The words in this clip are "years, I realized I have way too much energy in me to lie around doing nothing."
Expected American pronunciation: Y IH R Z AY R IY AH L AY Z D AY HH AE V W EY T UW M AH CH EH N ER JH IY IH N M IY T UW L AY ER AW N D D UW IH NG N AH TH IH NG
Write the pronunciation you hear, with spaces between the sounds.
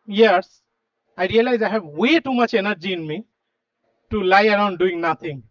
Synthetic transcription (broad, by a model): Y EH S AY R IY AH L AY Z AY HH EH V W EY T UW M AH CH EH N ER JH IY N M IY T UW L AY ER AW N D D UW IH NG N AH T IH NG